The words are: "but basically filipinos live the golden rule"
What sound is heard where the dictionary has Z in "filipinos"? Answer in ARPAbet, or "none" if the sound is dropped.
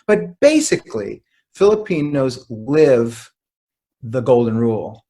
Z